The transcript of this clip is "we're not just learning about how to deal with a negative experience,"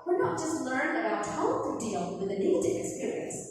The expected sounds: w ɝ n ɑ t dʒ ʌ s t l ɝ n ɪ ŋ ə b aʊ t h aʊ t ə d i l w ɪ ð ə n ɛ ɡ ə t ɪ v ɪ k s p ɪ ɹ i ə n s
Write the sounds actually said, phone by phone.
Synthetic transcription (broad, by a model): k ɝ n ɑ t dʒ ʌ s t l ɝ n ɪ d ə ʊ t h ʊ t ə d i l w ɪ ð ə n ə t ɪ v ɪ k s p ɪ ɹ i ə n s